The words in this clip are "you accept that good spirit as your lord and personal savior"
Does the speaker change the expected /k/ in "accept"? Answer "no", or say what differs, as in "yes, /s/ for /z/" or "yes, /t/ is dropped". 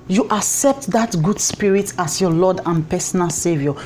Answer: no